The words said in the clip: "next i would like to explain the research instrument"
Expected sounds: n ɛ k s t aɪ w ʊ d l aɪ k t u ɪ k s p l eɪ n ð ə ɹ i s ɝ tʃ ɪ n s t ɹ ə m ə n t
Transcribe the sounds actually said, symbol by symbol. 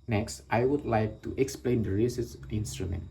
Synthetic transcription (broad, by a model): n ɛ k s t aɪ w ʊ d l aɪ k t u ɪ k s p l eɪ n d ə ɹ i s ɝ s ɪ n s t ɹ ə m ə n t